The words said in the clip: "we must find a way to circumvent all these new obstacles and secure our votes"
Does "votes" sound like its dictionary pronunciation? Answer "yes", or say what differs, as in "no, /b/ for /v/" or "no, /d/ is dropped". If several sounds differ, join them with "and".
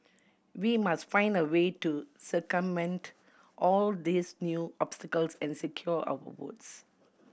no, /w/ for /v/